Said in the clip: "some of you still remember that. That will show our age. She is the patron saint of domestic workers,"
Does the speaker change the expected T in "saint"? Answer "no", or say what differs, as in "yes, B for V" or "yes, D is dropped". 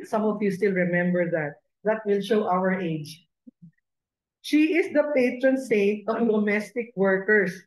no